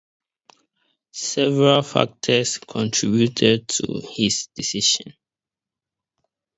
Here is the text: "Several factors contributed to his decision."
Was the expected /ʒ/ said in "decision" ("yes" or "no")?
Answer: no